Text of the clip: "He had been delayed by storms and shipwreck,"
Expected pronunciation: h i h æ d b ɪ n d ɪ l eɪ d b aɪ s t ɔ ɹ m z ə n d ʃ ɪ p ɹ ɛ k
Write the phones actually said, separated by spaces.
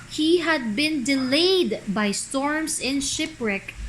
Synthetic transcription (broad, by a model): h i h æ d b ɪ n d ɪ l eɪ d b aɪ s t ɔ ɹ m s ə n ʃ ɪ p ɹ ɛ k